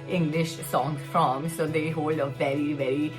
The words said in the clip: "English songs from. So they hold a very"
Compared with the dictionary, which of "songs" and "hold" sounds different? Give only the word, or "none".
songs